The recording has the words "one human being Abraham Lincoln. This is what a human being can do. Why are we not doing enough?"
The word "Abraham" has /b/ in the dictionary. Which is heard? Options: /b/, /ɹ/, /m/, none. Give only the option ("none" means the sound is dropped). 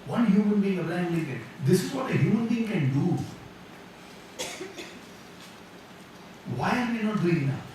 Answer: none